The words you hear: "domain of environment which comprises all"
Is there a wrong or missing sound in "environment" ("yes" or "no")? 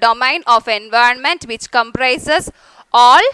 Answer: no